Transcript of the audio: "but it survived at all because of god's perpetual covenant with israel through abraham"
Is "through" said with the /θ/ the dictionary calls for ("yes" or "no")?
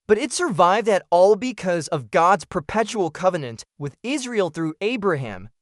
yes